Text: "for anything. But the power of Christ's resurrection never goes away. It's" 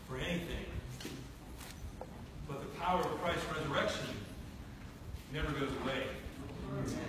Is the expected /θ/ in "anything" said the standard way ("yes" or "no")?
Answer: yes